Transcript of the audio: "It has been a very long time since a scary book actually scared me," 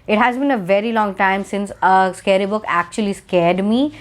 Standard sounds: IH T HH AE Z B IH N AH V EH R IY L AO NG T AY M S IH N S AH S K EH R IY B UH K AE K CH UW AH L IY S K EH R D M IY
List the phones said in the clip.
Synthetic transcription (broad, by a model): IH T HH AE Z B IH N AH V EH R IY L AO NG T AY M S IH N S AH S K EH R IY B UH K AE K CH UW AH L IY S K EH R D M IY